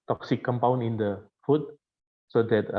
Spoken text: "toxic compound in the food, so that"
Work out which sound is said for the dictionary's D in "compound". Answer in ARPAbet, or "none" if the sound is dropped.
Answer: none